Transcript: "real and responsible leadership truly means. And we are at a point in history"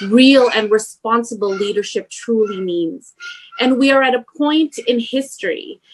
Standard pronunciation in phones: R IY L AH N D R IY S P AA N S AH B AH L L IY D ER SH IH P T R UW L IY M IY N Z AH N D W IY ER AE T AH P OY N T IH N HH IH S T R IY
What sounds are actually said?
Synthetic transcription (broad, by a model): R IY L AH N R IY S P AA N S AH B L L IY D ER SH IH P T R UW L IY M IY N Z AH N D W IY ER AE T AH P OY N T IH N HH IH S T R IY